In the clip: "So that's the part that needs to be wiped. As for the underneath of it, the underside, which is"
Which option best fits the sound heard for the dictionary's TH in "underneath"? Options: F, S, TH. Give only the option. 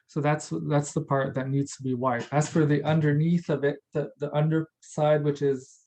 TH